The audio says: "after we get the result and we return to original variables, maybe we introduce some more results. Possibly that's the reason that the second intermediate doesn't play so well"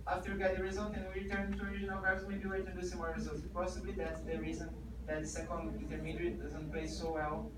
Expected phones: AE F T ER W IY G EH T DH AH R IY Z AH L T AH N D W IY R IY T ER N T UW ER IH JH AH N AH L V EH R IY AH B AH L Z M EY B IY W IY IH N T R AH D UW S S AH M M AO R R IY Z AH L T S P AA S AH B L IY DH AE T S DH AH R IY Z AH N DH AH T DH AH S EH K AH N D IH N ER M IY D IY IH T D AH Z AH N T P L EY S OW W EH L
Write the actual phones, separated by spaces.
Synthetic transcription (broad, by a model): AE F T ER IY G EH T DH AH R IY Z AH L T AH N W IY R IY T ER N T UW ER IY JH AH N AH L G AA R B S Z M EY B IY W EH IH T AH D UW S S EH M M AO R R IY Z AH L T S P AA S AH B L IY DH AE T S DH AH R IY Z AH N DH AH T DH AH S EH K AH N D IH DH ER M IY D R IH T D AH Z AH N T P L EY S OW W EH L